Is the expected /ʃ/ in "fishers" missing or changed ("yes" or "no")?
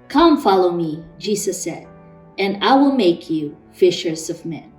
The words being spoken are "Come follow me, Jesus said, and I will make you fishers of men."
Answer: no